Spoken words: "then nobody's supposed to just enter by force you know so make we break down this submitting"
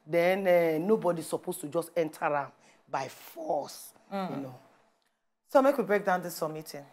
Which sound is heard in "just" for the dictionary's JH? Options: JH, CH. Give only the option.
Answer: JH